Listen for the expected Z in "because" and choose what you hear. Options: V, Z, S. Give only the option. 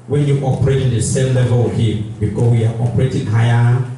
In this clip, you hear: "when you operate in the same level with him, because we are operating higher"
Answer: S